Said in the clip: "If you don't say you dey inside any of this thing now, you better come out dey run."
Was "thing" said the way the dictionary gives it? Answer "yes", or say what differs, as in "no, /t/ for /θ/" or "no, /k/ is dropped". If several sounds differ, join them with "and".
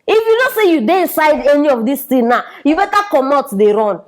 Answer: no, /t/ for /θ/